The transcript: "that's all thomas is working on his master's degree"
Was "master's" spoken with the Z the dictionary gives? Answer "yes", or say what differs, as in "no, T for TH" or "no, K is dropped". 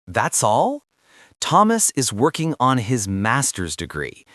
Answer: yes